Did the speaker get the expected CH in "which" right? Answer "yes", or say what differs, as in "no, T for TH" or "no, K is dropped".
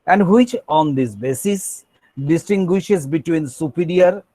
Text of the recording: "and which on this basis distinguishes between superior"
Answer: yes